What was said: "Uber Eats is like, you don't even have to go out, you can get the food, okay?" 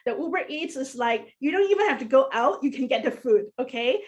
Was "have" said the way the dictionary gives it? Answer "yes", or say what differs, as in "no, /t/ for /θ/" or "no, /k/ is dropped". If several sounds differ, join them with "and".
no, /f/ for /v/